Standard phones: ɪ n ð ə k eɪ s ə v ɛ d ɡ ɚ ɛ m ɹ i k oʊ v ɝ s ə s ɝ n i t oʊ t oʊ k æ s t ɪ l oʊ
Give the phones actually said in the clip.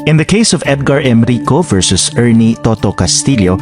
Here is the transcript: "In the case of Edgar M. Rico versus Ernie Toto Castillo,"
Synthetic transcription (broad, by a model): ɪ n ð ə k eɪ s ə v ɛ d ɡ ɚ ɛ m ɹ i k oʊ v ɝ s ə s ɝ n i t oʊ t oʊ k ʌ s t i l oʊ